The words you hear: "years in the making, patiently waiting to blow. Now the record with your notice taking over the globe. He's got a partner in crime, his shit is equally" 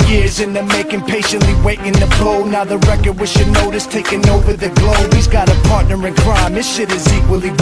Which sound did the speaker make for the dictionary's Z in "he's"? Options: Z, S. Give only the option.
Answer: Z